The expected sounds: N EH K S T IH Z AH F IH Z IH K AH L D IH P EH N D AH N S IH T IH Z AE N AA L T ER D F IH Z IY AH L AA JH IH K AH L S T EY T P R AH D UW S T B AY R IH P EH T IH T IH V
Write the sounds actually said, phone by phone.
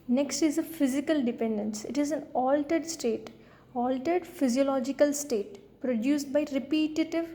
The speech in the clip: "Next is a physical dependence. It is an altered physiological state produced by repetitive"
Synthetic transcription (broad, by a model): N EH K S T IH Z AH F IH Z IH K AH L D IH P EH N D AH N S IH T IH Z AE N AA L T ER D F IH Z IY AH L AA JH IH K AH L S T EY T P R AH D UW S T B AY R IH P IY T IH T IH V